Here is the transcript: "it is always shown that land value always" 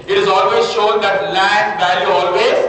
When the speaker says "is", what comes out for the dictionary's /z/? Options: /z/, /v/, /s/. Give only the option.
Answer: /z/